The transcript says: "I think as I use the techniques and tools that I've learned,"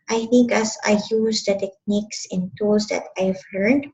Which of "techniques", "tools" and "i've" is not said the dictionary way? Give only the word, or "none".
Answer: tools